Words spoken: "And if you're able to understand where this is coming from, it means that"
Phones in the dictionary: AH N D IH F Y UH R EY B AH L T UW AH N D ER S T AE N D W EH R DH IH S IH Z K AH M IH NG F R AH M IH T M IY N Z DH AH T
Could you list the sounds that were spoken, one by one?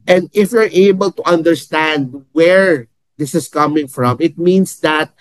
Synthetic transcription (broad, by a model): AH N D IH F Y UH R EY B AH L T UW AH N D ER S T AE N D W EH R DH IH S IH S K AH M IH NG F R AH M IH T M IY N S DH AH T